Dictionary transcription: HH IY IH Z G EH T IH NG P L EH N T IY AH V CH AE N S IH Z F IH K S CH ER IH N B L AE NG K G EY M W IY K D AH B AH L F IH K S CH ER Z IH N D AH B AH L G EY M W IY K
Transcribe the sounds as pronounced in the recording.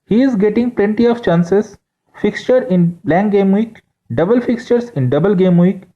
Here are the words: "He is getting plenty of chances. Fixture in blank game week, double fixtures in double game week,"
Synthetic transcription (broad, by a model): HH IY IH Z G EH T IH NG P L EH N T IY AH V CH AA N S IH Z F IH K S CH ER IH N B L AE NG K G EY M W IY K D AH B AH L F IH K S CH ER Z IH N D AH B AH L G EY M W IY K